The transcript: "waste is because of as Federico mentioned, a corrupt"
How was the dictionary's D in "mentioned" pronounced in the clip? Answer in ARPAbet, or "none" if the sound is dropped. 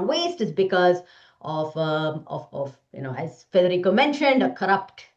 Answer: D